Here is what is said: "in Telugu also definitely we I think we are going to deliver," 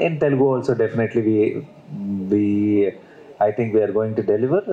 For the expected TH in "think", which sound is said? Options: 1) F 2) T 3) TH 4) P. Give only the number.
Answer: 2